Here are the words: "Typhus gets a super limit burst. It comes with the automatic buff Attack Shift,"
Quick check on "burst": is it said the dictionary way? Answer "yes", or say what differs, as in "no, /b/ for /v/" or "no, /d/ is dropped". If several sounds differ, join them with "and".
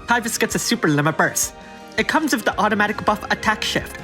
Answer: no, /t/ is dropped